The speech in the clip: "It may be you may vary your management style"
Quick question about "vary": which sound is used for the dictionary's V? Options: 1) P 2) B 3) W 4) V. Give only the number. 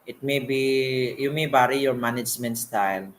2